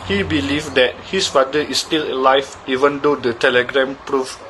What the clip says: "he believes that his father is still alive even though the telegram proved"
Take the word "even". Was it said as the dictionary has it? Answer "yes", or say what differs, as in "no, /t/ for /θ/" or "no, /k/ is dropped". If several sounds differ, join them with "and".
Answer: yes